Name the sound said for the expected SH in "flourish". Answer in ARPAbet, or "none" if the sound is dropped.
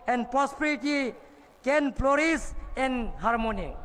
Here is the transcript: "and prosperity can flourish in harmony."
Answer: S